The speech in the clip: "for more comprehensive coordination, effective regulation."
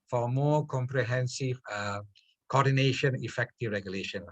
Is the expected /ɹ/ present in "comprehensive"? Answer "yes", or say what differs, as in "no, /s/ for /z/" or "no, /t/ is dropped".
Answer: yes